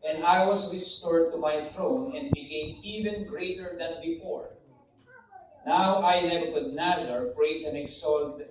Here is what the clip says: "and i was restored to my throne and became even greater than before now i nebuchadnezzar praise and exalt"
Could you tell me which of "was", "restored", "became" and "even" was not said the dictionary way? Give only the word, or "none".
was